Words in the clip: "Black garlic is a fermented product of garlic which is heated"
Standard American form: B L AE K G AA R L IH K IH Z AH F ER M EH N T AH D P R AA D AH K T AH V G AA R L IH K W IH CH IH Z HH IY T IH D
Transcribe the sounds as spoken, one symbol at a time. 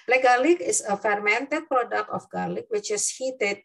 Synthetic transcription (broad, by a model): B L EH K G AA L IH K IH S AH F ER M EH N T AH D P R AA D AH K T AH F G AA L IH K W IH CH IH S HH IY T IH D